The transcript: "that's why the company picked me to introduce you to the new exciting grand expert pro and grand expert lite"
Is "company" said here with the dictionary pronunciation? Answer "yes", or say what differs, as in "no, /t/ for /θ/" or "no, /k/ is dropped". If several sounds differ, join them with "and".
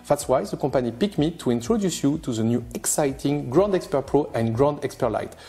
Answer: no, /m/ is dropped